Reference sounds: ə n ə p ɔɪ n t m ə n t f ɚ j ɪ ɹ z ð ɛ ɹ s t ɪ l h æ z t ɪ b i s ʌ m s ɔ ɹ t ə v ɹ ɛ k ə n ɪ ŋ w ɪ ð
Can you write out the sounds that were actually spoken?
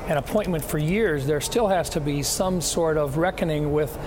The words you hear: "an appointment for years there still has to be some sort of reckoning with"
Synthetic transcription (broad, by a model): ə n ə p ɔɪ n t m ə n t f ɚ j ɪ ɹ z ð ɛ ɹ s t ɪ l h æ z t ɪ b i s ʌ m s ɔ ɹ t ə v ɹ ɛ k ə n ɪ ŋ w ɪ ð